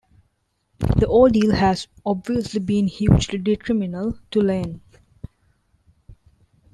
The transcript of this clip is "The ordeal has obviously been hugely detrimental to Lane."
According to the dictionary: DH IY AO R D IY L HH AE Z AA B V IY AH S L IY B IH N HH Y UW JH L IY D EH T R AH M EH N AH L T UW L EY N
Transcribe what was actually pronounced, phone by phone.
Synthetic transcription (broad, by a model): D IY AO L D IY L HH AE Z AA B V IY AH S L IY B IH N HH Y UW JH L IY D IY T R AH M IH N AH L T UW L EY N